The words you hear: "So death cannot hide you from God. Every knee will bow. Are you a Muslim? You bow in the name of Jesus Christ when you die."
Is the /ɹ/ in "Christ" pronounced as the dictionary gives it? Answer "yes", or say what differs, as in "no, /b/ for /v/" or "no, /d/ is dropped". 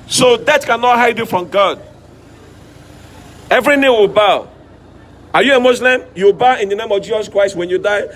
yes